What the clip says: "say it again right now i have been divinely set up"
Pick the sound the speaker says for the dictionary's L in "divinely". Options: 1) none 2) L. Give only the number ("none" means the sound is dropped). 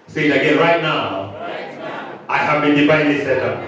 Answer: 1